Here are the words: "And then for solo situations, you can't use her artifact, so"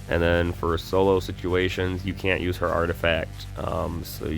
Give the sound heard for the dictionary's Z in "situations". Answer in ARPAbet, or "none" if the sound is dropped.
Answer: Z